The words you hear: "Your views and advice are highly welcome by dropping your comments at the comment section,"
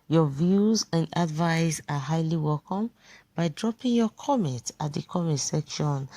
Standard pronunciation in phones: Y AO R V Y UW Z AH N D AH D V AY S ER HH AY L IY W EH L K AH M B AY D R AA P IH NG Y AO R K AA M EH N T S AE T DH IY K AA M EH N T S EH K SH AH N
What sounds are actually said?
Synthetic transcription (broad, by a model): Y AO V Y UW Z AH N D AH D V AY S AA HH AY L IY W EH L K AH M B AY D R AA P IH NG Y AO K AA M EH N T AA T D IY K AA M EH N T S EH K SH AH N